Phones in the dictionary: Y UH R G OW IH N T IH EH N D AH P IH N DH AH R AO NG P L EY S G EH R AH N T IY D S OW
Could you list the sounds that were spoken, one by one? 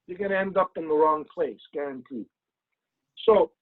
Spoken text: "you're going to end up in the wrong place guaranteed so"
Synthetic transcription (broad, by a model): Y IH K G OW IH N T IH EH N D AH P IH N DH AH R AO NG P L EY S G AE R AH N T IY S OW